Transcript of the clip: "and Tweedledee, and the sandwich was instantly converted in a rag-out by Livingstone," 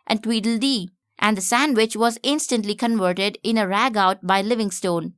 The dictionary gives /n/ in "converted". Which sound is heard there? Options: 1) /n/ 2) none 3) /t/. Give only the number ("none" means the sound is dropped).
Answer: 1